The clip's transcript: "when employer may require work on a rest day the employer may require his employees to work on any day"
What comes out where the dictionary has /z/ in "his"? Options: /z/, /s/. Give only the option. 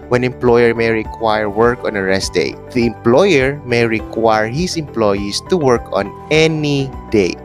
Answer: /s/